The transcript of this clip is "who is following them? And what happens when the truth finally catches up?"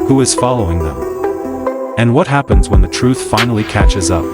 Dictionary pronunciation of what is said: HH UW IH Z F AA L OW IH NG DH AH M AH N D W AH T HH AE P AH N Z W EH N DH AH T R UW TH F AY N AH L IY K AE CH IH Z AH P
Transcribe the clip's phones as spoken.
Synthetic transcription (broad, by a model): HH UW IH Z F AA L OW IH NG DH AH M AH N W AH T HH AE P AH N Z W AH N DH AH T R UW TH F AY N L IY K AE CH IH Z AH P